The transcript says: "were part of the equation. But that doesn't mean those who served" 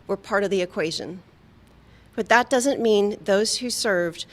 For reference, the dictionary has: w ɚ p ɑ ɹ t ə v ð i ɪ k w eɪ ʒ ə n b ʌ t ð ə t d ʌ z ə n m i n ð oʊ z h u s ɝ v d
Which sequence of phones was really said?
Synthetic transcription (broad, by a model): w ɚ p ɑ ɹ t ə v ð i ɪ k w eɪ ʒ ə n b ʌ t ð ə t d ʌ z ə n m i n ð oʊ z h u s ɝ v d